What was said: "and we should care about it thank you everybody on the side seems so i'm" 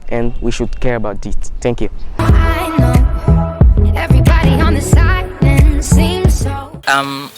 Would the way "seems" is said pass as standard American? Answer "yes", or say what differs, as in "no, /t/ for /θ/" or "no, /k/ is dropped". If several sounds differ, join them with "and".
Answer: yes